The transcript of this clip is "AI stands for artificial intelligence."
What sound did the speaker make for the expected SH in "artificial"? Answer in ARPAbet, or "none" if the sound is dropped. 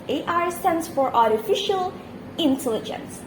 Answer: SH